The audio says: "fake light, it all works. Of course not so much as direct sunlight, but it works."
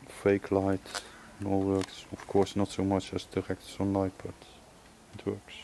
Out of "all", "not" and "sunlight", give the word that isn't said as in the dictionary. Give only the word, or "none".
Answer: sunlight